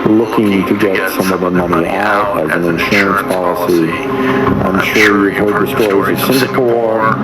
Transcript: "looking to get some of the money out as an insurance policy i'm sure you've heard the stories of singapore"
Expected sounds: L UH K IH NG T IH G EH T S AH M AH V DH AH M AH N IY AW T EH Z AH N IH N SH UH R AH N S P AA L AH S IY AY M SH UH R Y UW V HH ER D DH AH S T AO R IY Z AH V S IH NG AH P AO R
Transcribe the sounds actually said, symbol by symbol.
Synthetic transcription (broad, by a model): L UH K IH NG T IH G EH T S AH M AH V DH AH M AH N IY AW T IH Z AH N IH N SH UH R AH N S P AA L AH S IY AY M SH UH R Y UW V HH ER D DH AH S T AO R IY Z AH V S IH NG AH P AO R